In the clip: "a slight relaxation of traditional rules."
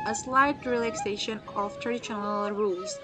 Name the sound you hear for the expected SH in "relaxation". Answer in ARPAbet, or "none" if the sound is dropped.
SH